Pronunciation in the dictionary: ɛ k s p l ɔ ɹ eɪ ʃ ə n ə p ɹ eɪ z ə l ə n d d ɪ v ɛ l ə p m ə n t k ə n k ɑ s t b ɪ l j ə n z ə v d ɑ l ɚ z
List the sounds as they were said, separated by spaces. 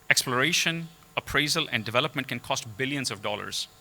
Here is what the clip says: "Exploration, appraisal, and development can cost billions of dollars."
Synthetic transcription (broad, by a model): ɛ k s p l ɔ ɹ eɪ ʃ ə n ə p ɹ eɪ z ə l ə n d d ɪ v ɛ l ə p m ə n t k ə n k ɑ s t b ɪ l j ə n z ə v d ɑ l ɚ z